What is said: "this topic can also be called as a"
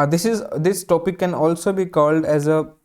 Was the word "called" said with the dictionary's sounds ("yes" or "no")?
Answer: yes